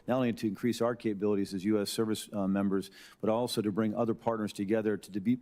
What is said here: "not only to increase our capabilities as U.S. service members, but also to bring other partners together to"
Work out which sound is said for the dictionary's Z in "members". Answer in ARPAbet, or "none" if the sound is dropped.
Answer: Z